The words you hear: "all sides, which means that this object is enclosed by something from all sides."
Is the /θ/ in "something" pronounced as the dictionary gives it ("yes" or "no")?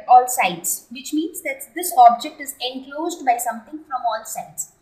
no